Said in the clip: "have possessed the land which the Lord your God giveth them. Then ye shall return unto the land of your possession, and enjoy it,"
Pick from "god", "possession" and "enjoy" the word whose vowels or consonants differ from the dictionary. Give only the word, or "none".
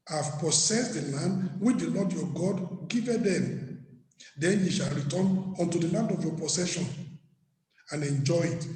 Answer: possession